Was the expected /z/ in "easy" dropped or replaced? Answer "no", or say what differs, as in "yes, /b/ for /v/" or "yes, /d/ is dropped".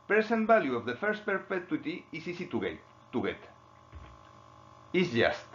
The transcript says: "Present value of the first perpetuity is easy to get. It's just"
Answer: yes, /s/ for /z/